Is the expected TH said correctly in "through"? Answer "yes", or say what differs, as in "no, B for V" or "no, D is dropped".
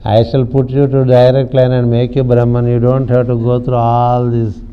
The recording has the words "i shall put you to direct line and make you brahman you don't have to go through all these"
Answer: no, T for TH